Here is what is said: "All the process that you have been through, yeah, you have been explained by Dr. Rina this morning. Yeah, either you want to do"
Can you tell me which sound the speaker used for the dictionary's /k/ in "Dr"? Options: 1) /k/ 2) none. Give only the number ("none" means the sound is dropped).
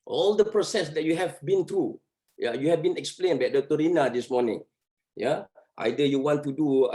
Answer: 2